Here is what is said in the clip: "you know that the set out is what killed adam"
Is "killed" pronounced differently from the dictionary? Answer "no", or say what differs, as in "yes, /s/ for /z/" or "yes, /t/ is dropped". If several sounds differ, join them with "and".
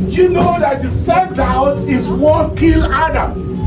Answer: yes, /d/ is dropped